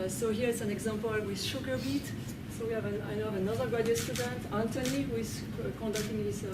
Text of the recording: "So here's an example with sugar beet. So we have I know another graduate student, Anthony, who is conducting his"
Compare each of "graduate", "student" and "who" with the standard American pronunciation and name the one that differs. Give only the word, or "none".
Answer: graduate